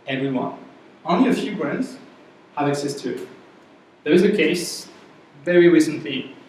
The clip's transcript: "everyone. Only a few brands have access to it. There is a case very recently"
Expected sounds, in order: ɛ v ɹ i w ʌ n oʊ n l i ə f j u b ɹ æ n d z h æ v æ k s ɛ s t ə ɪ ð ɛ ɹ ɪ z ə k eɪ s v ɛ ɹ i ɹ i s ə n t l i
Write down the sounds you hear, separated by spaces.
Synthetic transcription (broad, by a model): ɛ v ɹ i w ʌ n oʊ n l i ə f j u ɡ ɹ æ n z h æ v æ k s ɛ s t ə ɪ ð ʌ ɪ z ə k eɪ s v ɛ ɹ i ɹ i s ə n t l i